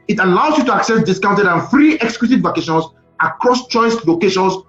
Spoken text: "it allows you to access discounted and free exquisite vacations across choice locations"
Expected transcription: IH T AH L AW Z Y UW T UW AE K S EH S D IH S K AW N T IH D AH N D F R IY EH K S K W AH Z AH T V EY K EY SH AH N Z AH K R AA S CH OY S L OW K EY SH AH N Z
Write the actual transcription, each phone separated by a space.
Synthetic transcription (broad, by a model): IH T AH L AW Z Y UW T UW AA K S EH S D IH S K AW N T IH D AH N F R IY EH K S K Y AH S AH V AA K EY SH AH N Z AH K R AA S CH OY S L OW K EY SH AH N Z